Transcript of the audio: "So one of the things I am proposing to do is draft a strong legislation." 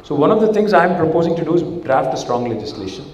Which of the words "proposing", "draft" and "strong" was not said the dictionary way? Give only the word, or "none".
none